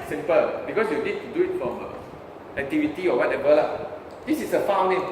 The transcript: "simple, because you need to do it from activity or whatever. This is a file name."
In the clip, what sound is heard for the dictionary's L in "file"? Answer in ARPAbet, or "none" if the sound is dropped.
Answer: W